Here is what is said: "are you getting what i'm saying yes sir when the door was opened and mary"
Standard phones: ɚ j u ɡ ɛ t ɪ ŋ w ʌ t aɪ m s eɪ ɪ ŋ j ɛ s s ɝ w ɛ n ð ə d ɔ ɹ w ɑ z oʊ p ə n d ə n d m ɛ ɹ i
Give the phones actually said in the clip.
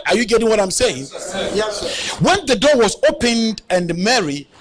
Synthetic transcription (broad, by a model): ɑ j u ɡ ɛ t ɪ ŋ w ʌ t aɪ m s eɪ ɪ ŋ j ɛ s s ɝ w ɛ n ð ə d ɔ w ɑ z oʊ p ə n d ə n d m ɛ ɹ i